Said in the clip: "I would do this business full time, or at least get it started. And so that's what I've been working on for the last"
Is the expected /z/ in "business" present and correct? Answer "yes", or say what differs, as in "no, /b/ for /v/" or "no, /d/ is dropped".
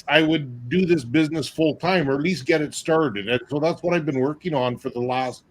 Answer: yes